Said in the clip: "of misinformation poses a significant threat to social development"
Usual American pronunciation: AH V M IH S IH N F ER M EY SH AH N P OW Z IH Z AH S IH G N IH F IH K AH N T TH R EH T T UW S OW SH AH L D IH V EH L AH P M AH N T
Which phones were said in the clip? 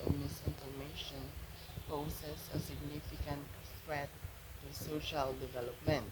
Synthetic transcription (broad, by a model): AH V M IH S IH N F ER M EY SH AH N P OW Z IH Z AH S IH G N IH F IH K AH N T F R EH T T UW S OW SH AH L D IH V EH L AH P M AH N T